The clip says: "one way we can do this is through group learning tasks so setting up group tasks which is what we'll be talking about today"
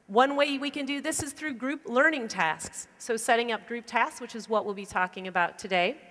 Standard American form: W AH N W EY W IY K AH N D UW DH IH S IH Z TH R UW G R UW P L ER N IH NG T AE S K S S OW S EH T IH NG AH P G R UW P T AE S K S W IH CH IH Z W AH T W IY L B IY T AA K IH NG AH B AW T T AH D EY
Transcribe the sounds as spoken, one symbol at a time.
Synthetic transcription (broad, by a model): W AH N W EY W IY K AH N D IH DH IH S IH Z TH R UW G R UW P L ER N IH NG T AE S K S S OW S EH T IH NG AH P G R UW P T AE S K S W IH CH IH Z W AH T W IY L B IY T AA K IH NG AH B AW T T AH D EY